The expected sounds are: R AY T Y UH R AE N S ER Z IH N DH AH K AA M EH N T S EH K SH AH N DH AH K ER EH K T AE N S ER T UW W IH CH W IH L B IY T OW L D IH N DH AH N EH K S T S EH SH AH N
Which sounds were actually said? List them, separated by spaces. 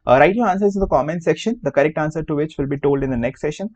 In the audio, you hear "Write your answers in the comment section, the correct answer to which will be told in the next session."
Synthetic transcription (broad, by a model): R AY T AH L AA N S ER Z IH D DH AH K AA M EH N S EH K SH AH N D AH K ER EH K T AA N S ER T UW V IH CH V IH L B IY T OW L D IH N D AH N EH K S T S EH SH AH N